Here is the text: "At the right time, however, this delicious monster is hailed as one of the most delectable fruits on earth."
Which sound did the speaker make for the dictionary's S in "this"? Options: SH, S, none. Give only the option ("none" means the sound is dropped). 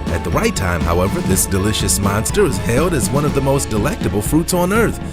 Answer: S